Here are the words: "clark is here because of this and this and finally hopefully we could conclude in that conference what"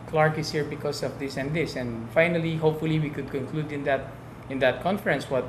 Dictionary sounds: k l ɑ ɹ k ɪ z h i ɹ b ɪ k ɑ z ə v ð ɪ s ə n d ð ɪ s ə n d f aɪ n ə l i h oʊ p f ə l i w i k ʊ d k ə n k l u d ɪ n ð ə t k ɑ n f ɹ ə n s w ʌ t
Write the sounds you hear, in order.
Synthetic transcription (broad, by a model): k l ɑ ɹ k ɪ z h i ɹ b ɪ k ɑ s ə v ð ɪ s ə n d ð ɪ s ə n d f aɪ n ə l i h oʊ p f ə l i w i k ʊ d k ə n k l u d ɪ n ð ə t k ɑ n f ɹ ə n s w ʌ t